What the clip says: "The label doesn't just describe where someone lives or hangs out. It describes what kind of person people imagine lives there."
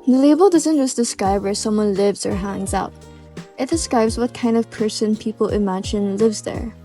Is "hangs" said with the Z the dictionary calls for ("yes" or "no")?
yes